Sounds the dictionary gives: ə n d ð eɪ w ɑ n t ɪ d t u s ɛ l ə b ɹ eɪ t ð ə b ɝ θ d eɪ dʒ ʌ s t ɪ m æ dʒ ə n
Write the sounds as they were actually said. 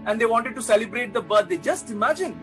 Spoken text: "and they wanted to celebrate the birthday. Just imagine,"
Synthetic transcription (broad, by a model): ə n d eɪ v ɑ n t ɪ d t u s ɛ l ə b ɹ eɪ t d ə b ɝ t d eɪ dʒ ʌ s t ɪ m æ dʒ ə n